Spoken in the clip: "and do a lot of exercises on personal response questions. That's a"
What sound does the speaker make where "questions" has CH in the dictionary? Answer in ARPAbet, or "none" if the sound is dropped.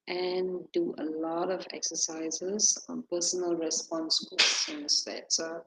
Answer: none